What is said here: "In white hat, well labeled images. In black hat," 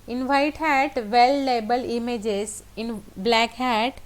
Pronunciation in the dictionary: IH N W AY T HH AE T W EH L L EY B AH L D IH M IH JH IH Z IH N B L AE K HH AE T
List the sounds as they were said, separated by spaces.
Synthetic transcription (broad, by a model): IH N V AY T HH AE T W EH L L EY B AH L IH M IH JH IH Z IH N B L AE K HH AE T